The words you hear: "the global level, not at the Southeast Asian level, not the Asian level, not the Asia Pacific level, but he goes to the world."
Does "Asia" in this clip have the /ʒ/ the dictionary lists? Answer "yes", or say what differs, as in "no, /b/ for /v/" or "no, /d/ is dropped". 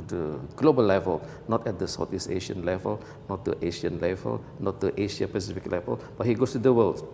no, /ʃ/ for /ʒ/